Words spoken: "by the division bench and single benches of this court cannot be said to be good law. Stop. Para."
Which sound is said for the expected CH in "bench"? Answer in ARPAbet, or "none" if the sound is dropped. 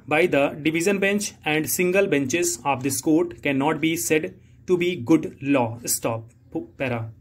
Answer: CH